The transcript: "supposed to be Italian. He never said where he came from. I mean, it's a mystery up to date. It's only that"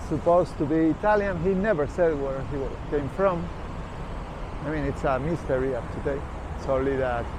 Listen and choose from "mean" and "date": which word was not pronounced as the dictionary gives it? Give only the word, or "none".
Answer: date